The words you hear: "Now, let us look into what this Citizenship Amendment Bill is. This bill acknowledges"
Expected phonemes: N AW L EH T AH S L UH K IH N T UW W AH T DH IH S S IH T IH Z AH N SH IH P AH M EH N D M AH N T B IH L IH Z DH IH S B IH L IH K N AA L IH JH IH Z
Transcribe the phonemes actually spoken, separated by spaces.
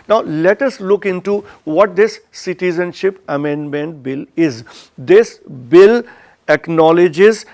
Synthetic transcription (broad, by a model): N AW L EH T AH S L UH K IH N T UW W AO T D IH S S IH T IH Z AH N SH IH P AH M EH N D M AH N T B IH L IH Z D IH S B IH L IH K N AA L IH JH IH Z